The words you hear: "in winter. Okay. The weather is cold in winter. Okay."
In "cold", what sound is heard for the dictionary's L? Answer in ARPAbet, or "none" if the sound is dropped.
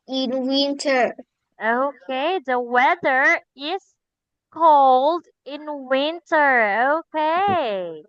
L